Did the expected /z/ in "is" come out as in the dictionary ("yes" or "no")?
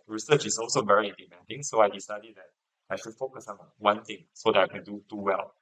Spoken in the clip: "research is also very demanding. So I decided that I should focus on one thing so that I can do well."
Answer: no